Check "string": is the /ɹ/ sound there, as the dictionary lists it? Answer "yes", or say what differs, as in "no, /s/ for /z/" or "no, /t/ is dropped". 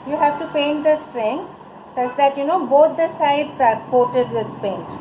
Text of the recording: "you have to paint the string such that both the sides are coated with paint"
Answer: yes